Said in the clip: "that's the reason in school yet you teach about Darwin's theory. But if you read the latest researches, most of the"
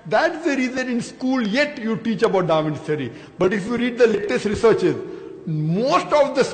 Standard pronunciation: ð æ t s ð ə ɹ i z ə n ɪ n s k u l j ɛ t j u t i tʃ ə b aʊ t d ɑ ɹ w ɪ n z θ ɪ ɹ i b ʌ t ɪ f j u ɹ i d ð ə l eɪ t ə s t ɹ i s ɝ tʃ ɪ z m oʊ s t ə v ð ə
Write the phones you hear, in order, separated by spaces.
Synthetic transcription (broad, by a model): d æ t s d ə ɹ i z ə n ɪ n s k u l j ɛ t j u t i tʃ ə b aʊ t d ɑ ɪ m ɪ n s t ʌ ɹ i b ʌ t ɪ f j u ɹ i d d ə l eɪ t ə s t ɹ i s ɝ tʃ ɪ z m oʊ s t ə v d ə